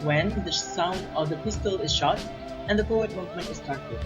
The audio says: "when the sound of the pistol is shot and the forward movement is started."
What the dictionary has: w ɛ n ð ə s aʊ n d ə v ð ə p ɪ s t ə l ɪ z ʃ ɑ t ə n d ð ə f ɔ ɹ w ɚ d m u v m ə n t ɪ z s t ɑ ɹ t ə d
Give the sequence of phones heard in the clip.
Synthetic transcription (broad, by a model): w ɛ n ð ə s aʊ n d ə v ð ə p ɪ s t ə l ɪ z ʃ ɑ t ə n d ð ə p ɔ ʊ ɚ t m u v m ə n t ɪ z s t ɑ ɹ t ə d